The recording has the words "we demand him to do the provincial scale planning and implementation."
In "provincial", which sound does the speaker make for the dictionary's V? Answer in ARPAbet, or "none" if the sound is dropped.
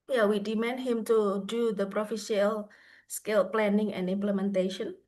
F